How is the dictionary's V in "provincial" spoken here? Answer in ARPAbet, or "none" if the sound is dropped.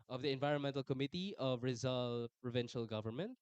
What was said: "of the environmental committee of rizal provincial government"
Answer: V